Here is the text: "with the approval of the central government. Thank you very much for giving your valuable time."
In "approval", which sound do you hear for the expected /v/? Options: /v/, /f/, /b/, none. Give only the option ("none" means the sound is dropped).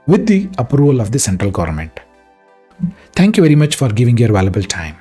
/v/